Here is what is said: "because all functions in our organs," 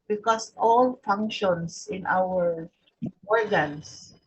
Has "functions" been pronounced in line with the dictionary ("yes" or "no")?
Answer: no